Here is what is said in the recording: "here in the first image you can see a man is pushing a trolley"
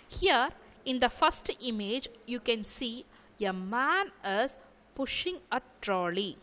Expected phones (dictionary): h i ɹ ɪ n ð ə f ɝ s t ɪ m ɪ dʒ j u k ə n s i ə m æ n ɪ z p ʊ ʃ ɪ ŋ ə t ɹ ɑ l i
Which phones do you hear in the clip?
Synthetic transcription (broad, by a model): h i ɹ ɪ n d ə f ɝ s t ɪ m ɪ dʒ j u k ə n s i ə m æ n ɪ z p ʊ ʃ ɪ ŋ ə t ɹ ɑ l i